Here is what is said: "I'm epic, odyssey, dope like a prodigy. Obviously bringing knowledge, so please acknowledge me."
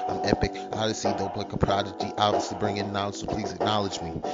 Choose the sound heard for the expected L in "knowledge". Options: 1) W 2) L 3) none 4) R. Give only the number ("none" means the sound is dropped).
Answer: 3